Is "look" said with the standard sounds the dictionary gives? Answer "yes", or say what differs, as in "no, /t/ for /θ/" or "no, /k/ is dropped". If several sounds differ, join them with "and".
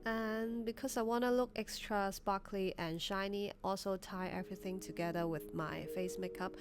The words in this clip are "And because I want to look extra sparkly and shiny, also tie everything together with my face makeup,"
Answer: yes